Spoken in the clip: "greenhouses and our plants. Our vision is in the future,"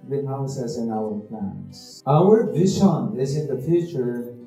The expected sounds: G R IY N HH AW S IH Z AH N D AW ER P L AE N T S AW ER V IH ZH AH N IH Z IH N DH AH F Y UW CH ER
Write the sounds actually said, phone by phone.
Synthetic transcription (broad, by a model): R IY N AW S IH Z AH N AW ER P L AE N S AW ER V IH SH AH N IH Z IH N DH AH F Y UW CH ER